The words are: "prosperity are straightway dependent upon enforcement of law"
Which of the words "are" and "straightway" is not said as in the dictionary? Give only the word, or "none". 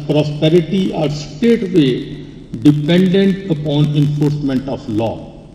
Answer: straightway